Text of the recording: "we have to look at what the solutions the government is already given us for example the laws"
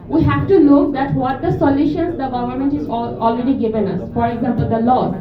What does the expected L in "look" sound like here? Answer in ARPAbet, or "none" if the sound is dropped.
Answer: N